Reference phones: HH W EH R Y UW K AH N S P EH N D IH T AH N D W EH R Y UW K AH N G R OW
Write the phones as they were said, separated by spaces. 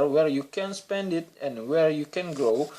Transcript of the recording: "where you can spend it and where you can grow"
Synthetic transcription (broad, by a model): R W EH R Y UW K AH N S P EH N D IH T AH N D W EH R Y UW K AH N G R OW